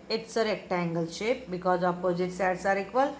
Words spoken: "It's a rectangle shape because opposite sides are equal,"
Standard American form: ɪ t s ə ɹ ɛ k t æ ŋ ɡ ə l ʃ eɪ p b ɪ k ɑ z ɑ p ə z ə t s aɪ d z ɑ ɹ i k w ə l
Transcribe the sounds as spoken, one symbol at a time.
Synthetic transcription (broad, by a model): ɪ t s ə ɹ ɛ k t æ ŋ ɡ ə l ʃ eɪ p b ɪ k ɑ z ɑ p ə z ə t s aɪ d s ɑ ɹ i k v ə l